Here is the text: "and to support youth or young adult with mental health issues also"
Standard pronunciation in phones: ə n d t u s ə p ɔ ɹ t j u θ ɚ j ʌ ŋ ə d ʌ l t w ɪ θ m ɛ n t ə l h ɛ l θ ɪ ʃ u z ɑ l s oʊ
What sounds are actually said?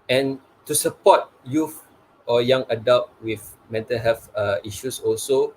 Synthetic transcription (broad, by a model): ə n t u s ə p ɔ t j u f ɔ j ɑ ŋ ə d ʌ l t w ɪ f m ɛ n t ə l h ɛ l f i ʃ u s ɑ l s oʊ